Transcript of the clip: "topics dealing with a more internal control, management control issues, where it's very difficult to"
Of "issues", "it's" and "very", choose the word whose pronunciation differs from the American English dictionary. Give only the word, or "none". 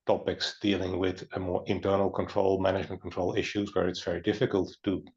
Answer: none